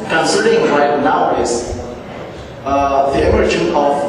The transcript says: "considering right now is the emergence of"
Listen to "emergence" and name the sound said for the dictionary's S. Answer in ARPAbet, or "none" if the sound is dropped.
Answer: none